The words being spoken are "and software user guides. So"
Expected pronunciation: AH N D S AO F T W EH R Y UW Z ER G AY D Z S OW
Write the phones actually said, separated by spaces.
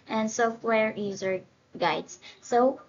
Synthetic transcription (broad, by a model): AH N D S AO F T W EH R Y UW Z ER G AY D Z S OW